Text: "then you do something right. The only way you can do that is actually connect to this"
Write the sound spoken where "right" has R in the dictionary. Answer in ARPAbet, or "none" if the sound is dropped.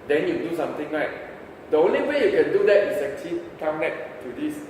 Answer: L